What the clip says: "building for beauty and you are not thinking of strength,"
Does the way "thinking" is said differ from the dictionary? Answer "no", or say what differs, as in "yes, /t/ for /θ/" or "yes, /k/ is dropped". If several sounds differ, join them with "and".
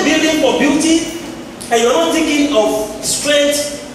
yes, /t/ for /θ/